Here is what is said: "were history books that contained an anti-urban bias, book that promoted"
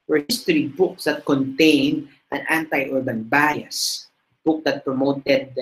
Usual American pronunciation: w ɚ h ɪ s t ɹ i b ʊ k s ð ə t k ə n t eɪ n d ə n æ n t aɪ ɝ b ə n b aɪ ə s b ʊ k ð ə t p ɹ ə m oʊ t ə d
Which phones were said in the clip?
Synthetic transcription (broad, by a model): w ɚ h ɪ s t ɹ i b ʊ k s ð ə t k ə n t eɪ n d ə n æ n t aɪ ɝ b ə n b aɪ ə s b ʊ k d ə t p ɹ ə m oʊ t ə d